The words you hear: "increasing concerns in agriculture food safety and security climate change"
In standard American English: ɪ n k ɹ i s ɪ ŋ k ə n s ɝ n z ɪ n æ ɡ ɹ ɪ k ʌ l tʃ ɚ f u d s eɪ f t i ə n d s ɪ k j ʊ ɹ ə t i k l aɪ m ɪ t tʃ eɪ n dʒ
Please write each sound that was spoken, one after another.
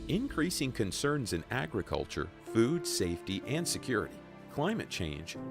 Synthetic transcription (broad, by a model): ɪ n k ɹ i s ɪ ŋ k ə n s ɝ n z ɪ n æ ɡ ɹ ɪ k ʌ l tʃ ɚ f u d s eɪ f t i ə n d s ɪ k j ʊ ɹ ə t i k l aɪ m ɪ t tʃ eɪ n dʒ